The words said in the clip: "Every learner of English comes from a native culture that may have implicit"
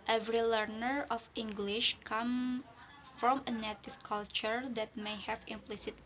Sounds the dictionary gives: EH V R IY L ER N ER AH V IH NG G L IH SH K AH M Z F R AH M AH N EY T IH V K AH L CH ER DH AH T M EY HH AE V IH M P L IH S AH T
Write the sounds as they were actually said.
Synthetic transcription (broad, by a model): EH V R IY L ER N ER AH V IH NG G L IH SH K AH M F R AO M AH N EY T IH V K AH L CH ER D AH T M EY HH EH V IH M P L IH S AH T